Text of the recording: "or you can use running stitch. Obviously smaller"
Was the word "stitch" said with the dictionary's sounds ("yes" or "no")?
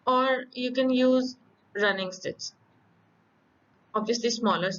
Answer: no